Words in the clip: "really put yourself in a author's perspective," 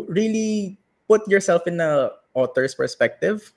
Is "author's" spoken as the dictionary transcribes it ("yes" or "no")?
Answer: no